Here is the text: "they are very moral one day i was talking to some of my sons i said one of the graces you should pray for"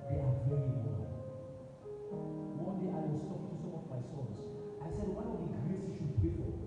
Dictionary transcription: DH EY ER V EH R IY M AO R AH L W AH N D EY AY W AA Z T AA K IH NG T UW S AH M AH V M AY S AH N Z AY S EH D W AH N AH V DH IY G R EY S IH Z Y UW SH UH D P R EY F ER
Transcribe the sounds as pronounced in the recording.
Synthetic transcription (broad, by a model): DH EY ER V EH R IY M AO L W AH N D EY AY W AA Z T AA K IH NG T UW S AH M AH V M AY S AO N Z AY S EH D W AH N AH V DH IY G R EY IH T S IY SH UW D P EY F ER